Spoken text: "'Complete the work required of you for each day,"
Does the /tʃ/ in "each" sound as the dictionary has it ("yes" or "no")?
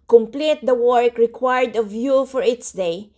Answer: no